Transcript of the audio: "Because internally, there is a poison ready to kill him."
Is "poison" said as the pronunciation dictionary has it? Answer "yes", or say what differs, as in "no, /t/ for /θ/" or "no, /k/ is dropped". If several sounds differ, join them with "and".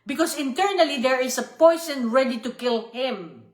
no, /s/ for /z/